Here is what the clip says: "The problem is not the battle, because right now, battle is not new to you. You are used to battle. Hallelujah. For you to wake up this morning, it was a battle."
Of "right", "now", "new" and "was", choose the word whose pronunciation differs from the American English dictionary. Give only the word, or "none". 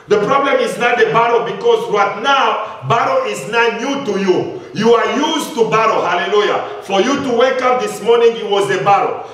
none